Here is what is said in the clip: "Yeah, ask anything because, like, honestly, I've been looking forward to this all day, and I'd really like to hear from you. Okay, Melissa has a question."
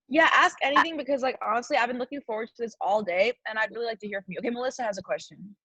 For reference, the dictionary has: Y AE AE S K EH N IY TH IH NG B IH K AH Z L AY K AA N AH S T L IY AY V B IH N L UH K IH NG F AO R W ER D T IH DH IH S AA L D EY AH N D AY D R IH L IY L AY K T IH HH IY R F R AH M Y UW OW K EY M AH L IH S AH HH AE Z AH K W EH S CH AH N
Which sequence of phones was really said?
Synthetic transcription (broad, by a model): Y AE AE S K EH N IY TH IH NG B IH K AH Z L AY K AA N AH S T L IY AY V B IH N L UH K IH NG F AO R W ER D T IH DH IH S AA L D EY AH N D AY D R IH L IY L AY K T IH HH IY R F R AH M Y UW OW K EY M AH L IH S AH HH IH Z AH K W EH S CH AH N